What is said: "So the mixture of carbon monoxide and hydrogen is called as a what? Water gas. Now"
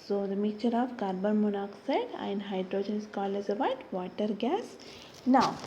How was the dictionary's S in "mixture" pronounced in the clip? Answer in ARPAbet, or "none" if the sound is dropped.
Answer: none